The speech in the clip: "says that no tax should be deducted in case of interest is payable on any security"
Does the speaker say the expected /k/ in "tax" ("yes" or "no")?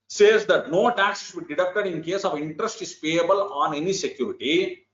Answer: yes